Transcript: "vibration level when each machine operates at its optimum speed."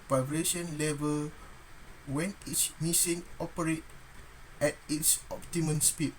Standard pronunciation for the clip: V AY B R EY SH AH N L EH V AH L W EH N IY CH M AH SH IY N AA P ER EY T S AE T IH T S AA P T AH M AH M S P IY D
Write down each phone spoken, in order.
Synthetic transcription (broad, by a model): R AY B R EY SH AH N L EH V AH L W EH N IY S M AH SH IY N AA P ER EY T EH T IH T S AA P T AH M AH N S P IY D